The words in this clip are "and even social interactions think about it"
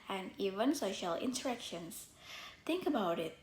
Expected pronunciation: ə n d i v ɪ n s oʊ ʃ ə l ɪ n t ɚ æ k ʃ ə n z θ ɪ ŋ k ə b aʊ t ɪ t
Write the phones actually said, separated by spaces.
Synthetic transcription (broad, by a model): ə n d i v ɪ n s oʊ ʃ ə l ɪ n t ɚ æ k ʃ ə n s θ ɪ ŋ k ə b aʊ t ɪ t